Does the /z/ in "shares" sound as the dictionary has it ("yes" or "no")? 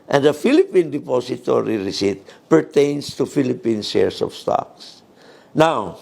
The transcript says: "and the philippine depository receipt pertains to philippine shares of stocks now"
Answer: no